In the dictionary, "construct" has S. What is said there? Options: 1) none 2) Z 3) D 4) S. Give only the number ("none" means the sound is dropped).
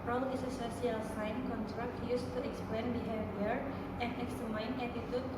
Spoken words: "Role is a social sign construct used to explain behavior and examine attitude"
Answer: 1